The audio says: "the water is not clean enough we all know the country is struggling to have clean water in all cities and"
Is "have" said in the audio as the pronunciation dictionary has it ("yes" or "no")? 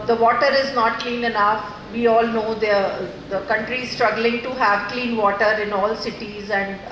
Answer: yes